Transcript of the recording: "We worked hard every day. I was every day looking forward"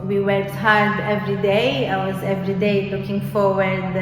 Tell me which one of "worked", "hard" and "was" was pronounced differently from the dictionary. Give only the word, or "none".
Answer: none